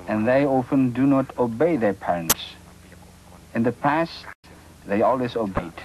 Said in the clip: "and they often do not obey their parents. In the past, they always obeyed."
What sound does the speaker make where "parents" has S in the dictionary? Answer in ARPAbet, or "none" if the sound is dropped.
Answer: S